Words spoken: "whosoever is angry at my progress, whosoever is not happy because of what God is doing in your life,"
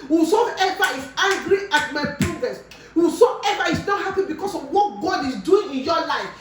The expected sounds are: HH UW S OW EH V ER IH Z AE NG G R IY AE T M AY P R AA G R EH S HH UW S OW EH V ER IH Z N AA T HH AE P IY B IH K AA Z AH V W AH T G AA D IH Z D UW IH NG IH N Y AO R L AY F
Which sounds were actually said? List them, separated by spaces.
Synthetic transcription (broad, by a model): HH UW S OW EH V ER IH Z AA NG G R IY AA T M AY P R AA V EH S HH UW S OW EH V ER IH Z N AA T HH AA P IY B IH K AA S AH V W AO T G AA D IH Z D UW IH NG IH N Y AO L AY F